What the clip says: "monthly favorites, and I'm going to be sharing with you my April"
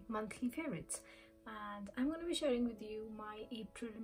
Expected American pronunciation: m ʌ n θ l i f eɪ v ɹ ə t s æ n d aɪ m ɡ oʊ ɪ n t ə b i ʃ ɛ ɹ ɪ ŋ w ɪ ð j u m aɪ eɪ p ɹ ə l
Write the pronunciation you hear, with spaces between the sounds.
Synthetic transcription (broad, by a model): m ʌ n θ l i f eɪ ɹ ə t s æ n d aɪ m ɡ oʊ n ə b i ʃ ɛ ɹ ɪ ŋ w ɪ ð j u m aɪ eɪ p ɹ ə l